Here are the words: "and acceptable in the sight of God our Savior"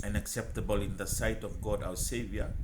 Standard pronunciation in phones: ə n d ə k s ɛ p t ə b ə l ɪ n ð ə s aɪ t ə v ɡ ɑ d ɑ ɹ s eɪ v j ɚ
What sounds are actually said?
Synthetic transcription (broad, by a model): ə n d ə k s ɛ p t ə b ə l ɪ n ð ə s aɪ t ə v ɡ ɑ d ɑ w s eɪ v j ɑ